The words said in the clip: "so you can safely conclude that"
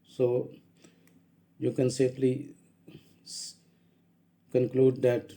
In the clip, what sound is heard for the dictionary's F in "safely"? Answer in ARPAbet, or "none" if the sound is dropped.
P